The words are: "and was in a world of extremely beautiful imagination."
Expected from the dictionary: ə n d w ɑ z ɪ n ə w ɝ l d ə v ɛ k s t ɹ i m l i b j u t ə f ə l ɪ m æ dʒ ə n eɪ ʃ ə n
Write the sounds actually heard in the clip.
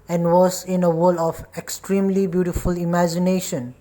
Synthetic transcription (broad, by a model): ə n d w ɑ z ɪ n ə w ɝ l ə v ɛ k s t ɹ i m l i b j u t ə f ə l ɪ m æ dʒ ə n eɪ ʃ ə n